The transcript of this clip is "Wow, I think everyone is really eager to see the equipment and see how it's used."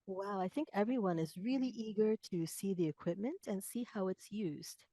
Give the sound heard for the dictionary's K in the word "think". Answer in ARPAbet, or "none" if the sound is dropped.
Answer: K